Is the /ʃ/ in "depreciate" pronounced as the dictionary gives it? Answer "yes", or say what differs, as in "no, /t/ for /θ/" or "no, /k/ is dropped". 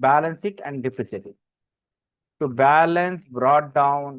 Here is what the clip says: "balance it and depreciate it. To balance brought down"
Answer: no, /s/ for /ʃ/